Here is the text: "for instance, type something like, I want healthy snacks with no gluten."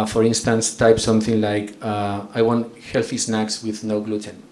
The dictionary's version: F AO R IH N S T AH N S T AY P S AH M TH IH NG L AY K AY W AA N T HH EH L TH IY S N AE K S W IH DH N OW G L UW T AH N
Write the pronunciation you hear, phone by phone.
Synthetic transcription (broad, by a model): F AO R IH N S T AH N S T AY P S AH M TH IH NG L AY K AY W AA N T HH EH L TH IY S N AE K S W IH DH N OW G L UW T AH N